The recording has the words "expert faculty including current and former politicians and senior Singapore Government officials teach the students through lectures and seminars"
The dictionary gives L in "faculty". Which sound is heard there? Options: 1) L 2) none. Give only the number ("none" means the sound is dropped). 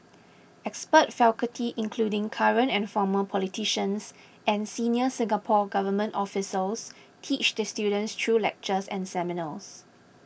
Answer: 2